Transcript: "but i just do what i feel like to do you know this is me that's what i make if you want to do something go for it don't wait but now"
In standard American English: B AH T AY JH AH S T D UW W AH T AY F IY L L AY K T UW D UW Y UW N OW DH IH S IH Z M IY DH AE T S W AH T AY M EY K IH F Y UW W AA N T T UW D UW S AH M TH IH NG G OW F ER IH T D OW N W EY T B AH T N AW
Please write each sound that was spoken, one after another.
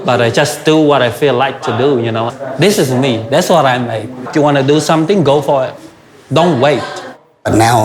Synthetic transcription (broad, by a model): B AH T AY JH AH S D UW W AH T AY F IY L L AY K T UW D UW Y UW N OW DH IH S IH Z M IY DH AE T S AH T AY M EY IH F Y UW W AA N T T UW D UW S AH M T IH NG G OW F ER IH T D OW N W EY T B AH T N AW